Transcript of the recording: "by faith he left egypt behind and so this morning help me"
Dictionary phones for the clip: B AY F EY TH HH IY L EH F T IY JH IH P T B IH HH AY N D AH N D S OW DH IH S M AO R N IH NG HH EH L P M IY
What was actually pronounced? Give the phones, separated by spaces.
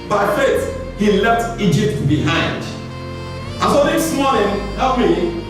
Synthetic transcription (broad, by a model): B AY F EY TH HH IY L EH F T IY JH IH P T B IH HH AY N D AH N S OW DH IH S M AO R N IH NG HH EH P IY